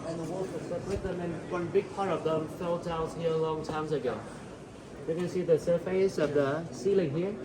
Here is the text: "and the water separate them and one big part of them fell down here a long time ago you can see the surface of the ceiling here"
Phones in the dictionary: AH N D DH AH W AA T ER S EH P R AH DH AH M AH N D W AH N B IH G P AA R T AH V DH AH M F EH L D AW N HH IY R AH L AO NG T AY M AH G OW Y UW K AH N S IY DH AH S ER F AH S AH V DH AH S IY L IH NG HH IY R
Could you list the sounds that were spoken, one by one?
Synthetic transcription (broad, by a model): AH N DH AH W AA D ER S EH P W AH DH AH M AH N W AH N B IH G P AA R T AH V DH AH M F EH L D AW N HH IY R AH L AO NG T AY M AH G OW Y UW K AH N S IY DH AH S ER F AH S AH V DH AH S IY L IH NG HH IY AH